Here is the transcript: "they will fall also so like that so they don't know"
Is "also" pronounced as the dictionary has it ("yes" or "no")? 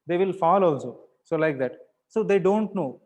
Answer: yes